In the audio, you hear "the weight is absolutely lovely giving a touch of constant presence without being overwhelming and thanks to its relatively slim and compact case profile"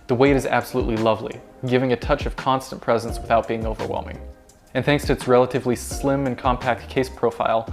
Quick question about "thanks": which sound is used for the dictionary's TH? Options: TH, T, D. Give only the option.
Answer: TH